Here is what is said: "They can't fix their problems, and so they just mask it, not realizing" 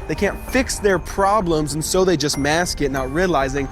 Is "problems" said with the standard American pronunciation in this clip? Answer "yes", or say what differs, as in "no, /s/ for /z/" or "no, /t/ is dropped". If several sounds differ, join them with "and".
yes